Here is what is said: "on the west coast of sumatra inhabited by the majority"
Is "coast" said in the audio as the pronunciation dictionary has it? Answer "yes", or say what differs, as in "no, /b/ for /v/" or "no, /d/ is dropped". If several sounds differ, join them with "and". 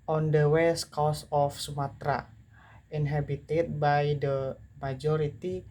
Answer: no, /t/ is dropped